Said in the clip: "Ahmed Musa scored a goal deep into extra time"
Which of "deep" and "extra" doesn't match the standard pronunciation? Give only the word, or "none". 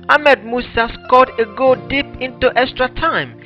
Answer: none